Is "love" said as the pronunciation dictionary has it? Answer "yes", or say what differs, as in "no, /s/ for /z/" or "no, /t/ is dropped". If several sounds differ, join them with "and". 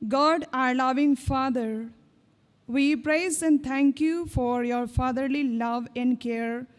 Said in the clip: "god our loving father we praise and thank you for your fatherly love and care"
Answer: yes